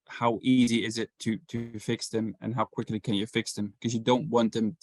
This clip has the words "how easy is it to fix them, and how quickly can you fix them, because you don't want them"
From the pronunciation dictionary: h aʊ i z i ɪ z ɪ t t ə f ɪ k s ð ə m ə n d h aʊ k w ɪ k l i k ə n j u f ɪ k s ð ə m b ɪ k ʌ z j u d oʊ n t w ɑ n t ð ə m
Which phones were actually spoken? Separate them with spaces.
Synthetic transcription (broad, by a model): h aʊ i z i ɪ z ɪ t t ə f ɪ k s ð ə m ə n h aʊ k w ɪ k l i k ə n j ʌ f ɪ k s ð ə m k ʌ z j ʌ d oʊ n t w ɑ n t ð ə m